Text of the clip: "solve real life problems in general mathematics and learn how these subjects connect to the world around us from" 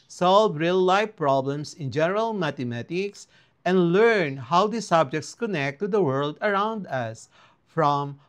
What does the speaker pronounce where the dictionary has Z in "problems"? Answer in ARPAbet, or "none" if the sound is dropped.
S